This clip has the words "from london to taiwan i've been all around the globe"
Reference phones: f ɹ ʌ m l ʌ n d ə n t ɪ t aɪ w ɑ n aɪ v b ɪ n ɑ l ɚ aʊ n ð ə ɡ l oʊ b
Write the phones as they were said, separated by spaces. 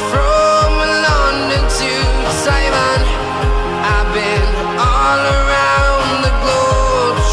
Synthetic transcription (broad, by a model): f ɹ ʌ m l ʌ n d ə n t ɪ s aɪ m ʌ n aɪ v b ɪ n ɑ l ɚ aʊ n ð ə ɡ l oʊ